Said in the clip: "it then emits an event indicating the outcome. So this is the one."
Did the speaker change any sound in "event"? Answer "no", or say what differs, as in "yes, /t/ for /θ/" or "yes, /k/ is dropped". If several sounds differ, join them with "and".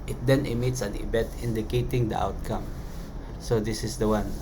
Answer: yes, /b/ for /v/ and /n/ is dropped